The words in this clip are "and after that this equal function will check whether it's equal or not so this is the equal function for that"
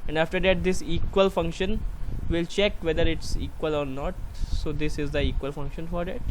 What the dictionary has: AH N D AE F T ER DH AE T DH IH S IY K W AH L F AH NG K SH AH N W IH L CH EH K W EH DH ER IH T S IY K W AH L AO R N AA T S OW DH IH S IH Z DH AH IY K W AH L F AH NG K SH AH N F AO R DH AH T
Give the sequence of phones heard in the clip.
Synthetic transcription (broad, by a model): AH N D AE F T ER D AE T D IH S IY K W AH L F AH NG K SH AH N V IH L CH EH K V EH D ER IH T S IY K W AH L AO R N AA T S OW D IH S IH Z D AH IY K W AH L F AH NG K SH AH N F AO R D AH T